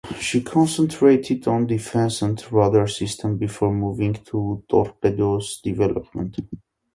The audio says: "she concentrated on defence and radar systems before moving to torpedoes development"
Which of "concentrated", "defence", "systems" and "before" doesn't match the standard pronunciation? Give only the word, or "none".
systems